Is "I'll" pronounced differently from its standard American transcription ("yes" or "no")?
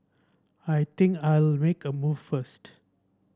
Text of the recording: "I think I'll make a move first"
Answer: no